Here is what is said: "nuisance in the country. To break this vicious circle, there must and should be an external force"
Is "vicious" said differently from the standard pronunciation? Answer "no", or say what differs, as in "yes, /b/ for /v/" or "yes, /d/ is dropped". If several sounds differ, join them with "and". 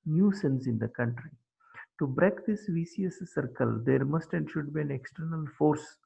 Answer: yes, /s/ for /ʃ/